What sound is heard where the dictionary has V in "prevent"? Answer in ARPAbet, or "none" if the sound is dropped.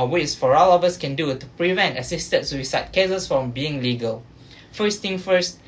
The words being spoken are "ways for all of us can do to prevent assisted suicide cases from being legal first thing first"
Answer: V